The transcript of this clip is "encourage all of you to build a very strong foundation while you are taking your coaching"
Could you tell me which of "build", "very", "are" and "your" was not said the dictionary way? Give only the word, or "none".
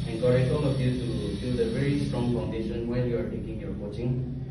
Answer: build